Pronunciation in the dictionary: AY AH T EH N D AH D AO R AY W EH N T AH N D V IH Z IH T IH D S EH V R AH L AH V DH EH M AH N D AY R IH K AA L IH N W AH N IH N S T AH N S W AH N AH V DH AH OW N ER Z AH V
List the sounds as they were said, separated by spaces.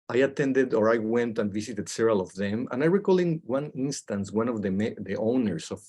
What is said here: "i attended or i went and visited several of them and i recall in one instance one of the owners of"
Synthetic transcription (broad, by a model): AY AH T EH N D AH D AO R AY W EH N T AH N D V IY S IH T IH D S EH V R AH L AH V DH EH M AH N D AY R IH K AA L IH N W AH N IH N S T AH N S W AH N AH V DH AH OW N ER S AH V